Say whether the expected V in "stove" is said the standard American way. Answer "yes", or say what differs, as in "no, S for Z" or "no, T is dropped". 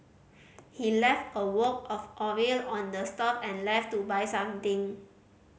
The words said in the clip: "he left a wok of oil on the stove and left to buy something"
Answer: no, P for V